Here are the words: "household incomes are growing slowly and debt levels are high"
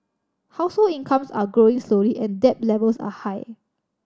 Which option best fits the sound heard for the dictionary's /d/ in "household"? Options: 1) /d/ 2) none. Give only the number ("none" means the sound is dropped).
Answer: 2